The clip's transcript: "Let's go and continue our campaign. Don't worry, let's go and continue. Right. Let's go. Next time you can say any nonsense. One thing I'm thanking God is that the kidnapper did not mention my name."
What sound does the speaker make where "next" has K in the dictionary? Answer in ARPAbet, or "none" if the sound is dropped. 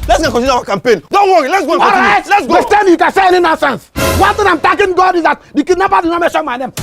none